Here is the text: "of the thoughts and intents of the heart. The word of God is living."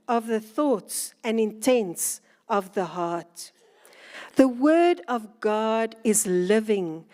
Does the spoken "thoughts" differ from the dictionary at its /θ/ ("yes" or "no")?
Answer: no